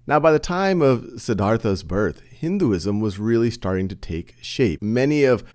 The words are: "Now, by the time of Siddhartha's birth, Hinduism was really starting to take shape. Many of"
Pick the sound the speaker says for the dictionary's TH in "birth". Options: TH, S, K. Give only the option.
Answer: TH